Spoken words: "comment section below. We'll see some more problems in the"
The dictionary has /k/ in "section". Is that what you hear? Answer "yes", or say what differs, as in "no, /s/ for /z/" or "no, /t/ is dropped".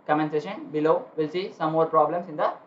no, /k/ is dropped